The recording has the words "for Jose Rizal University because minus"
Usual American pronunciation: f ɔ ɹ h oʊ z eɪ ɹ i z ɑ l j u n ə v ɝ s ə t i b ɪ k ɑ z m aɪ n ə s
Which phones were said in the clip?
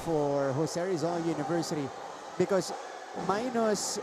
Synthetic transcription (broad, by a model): f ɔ ɹ h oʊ s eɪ ɹ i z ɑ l j u n ə v ɝ s ə t i b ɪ k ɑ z m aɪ n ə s